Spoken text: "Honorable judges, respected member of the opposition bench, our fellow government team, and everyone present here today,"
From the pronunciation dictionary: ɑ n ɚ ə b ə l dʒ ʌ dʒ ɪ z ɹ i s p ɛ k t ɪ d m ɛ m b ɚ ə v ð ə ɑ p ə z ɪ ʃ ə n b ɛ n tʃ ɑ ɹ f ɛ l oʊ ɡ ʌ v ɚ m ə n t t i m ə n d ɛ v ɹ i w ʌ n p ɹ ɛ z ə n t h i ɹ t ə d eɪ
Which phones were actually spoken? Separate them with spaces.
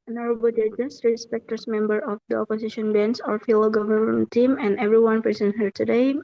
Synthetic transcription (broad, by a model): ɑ n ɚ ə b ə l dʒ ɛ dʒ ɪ s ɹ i s p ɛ k t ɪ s m ɛ m b ɚ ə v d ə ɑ p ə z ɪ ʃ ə n b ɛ n s ɑ ɹ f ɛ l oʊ ɡ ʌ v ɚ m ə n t t i m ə n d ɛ v ɹ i w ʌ n p ɹ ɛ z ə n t h i ɹ t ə d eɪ